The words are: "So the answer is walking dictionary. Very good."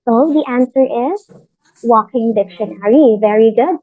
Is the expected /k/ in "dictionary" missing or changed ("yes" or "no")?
no